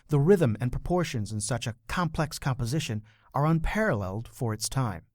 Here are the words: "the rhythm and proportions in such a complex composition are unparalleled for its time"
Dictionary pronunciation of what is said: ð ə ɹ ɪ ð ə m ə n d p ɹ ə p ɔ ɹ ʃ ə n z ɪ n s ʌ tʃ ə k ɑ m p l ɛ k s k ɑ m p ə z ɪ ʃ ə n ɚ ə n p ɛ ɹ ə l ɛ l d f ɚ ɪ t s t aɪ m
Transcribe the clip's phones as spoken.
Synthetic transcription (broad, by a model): ð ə ɹ ɪ ð ə m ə n p ɹ ə p ɔ ɹ ʃ ə n z ɪ n s ʌ tʃ ə k ɑ m p l ɛ k s k ɑ m p ə z ɪ ʃ ə n ɚ ə n p ɛ ɹ ə l ɛ l d f ɚ ɪ t s t aɪ m